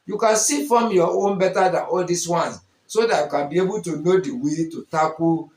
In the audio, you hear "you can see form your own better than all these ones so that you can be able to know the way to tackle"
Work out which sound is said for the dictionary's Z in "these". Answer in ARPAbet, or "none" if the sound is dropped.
S